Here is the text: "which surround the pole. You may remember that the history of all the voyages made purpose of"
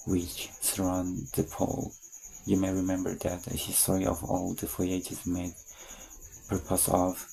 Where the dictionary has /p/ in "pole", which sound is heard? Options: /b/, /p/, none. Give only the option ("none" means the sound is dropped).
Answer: /p/